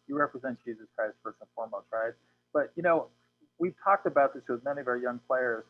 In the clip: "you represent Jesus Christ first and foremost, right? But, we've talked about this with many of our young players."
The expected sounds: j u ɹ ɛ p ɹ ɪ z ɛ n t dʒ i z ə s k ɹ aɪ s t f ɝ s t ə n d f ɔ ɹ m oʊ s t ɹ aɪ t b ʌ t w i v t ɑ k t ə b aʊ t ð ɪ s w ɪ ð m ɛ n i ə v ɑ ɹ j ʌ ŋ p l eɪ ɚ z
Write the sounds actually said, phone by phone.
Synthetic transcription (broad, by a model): j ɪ ɹ ɛ p ɹ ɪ z ɛ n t dʒ i z ə s k ɹ aɪ s t f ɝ s ə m f ɔ ɹ m oʊ s t ɹ aɪ t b ʌ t w i v t ɑ k t ə b aʊ t ð ɪ s w ɪ ð m ɛ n i ə v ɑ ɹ j ʌ ŋ p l eɪ ɚ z